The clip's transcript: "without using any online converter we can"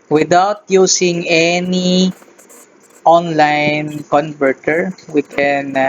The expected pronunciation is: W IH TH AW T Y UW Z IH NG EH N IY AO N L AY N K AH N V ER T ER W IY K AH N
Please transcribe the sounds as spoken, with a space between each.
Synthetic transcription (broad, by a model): W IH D AW T Y UW S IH NG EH N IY AO N L AY N K AH N V ER T ER W IY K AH N